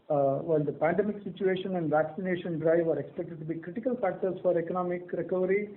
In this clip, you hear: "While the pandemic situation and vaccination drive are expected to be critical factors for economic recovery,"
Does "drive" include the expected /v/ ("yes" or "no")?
yes